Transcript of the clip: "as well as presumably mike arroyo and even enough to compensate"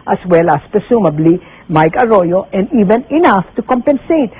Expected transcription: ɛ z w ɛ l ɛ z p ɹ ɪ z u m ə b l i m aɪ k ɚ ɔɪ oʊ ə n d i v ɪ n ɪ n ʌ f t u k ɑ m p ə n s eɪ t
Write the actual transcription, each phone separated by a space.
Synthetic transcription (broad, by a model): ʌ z w ɛ l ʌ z p ɪ s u m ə b l i m aɪ k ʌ ɔɪ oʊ ə n d i v ɪ n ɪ n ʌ f t u k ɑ m p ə n s eɪ t